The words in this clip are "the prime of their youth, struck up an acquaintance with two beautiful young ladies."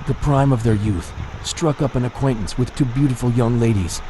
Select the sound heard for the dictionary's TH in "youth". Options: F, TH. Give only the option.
TH